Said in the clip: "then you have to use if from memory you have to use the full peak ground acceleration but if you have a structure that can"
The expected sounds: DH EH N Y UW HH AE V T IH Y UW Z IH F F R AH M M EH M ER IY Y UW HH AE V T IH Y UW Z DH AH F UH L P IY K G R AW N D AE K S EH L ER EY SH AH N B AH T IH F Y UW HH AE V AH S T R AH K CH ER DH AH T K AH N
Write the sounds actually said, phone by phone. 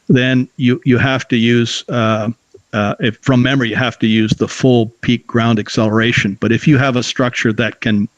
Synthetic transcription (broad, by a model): DH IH N Y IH HH AE F T IH Y UW Z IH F F R AH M M EH M ER IY Y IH HH AE F T IH Y UW Z DH AH F UH L P IY K G R AW N D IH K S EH L ER EY SH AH N B AH T IH F Y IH V AH S T R AH K CH ER DH AH T K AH N